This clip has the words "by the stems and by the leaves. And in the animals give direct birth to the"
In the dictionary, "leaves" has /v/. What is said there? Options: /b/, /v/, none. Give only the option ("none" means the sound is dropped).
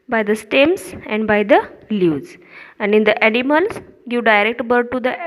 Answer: none